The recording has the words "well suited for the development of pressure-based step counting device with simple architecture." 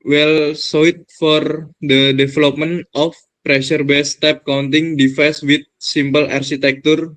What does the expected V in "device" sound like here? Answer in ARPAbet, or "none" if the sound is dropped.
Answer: F